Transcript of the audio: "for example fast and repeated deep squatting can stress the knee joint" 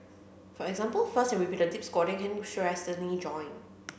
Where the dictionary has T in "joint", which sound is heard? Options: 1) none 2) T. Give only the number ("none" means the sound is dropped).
1